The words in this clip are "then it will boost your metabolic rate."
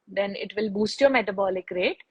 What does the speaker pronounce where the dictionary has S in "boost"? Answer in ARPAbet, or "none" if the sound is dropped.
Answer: S